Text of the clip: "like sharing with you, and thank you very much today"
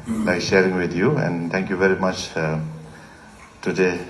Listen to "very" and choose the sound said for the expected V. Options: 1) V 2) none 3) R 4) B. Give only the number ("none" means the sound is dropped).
1